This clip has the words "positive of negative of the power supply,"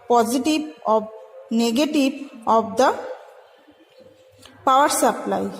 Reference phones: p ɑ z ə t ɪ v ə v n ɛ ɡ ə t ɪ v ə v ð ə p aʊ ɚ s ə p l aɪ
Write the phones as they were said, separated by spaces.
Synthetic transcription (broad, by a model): p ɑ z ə t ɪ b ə b n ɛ ɡ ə t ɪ b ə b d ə p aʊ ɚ s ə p l aɪ